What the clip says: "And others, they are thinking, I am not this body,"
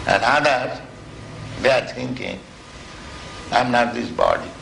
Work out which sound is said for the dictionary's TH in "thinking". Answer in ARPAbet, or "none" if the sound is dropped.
T